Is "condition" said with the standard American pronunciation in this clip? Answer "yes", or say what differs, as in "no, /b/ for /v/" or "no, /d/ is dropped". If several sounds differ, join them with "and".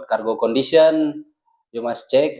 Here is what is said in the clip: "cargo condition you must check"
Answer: no, /s/ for /ʃ/